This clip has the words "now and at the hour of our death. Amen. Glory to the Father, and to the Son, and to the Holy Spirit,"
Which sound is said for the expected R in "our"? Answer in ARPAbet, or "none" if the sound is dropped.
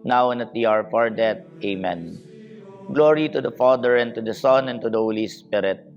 R